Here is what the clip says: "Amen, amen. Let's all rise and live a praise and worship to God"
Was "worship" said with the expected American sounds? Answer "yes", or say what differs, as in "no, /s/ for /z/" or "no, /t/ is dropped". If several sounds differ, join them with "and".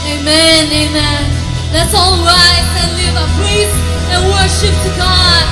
yes